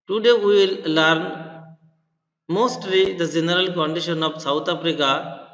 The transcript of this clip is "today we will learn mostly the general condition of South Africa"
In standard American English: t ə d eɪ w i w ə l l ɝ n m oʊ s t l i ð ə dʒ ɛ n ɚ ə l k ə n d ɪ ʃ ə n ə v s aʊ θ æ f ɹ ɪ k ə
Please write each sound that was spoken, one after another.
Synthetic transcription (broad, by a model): t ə d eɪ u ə l l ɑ n m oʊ s t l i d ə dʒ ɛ n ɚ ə l k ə n d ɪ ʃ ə n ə p s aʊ t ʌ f ɹ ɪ k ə